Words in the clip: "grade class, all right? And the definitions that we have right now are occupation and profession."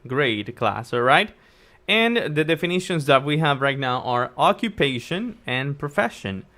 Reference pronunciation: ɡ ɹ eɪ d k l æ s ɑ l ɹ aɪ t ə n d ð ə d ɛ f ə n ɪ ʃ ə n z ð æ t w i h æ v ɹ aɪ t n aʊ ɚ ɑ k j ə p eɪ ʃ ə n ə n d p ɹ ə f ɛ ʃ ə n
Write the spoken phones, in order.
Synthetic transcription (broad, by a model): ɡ ɹ eɪ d k l æ s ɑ ɹ aɪ t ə n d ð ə d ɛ f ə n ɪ ʃ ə n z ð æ t w i h æ v ɹ aɪ t n aʊ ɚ ɑ k j ə p eɪ ʃ ə n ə n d p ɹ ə f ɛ ʃ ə n